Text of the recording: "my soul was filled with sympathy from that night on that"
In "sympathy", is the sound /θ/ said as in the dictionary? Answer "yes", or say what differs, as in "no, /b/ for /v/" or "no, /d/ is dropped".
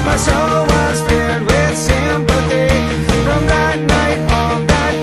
no, /t/ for /θ/